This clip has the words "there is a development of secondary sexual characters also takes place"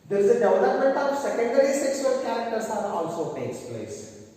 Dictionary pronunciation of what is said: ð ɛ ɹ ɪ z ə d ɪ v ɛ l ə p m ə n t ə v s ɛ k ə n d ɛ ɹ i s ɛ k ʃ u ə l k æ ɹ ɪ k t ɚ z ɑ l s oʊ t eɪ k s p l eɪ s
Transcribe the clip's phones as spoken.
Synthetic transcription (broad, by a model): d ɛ ɹ ɪ z ə d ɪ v l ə p m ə n t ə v s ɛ k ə n d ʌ ɹ i s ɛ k s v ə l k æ ɹ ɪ k t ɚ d ɑ l s oʊ t eɪ k s p l eɪ s